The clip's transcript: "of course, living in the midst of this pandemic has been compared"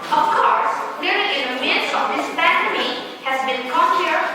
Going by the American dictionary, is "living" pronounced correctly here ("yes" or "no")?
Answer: no